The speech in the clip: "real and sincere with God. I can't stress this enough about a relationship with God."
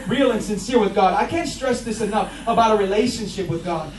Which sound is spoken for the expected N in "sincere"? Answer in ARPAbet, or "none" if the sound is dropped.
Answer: N